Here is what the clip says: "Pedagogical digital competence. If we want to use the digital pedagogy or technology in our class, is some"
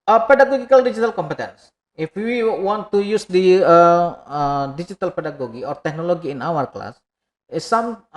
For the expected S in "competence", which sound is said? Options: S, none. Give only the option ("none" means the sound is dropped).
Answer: S